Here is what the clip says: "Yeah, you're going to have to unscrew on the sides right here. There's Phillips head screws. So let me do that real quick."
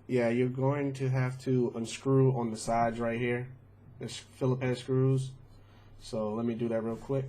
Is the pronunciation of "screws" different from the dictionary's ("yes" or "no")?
no